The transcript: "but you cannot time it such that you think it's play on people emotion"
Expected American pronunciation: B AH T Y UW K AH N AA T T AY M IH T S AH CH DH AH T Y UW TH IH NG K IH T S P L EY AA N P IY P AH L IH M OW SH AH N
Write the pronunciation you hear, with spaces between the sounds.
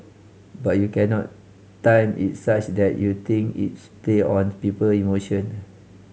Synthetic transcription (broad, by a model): B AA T Y UW K AH N AA T T AY M IH T S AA CH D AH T Y UW T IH NG K IH T S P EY AA N P IY P AH L IH M OW SH AH N